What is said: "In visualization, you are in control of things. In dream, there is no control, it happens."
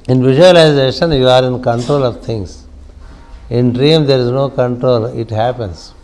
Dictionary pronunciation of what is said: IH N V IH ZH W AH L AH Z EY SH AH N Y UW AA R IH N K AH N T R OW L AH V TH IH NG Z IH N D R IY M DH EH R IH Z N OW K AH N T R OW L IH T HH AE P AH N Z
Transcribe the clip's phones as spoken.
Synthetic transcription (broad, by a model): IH N V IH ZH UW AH L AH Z EY SH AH N Y UW AA R IH N K AH N T R OW L AH V T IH NG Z IH N D R IY M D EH R IH Z N OW K AH N T R OW L IH T HH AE P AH N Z